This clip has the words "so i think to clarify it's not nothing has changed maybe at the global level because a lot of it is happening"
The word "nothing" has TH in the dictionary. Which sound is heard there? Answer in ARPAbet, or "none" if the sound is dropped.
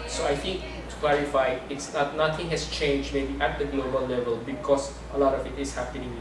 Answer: T